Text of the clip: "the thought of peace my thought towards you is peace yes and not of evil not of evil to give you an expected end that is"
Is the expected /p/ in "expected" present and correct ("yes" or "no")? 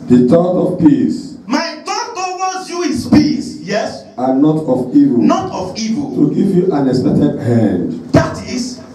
no